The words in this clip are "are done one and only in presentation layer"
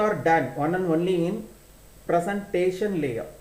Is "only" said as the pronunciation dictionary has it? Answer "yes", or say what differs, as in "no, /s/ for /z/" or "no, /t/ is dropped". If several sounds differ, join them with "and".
yes